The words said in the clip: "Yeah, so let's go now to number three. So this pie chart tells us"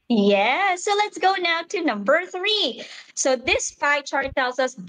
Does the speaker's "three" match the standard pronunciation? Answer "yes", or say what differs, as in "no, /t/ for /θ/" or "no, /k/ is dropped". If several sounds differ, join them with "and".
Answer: yes